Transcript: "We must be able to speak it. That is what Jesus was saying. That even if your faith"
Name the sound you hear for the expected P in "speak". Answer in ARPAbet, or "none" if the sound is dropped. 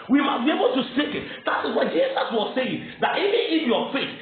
none